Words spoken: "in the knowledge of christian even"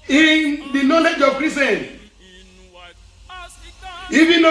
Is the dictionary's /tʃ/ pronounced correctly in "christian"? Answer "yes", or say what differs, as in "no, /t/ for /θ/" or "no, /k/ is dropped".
no, /tʃ/ is dropped